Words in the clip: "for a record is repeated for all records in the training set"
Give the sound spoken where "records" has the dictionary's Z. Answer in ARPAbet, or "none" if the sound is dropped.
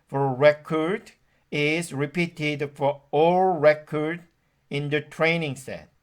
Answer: none